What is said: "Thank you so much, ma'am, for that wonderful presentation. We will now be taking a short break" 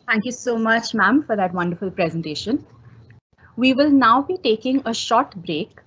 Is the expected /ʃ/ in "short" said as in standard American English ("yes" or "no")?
yes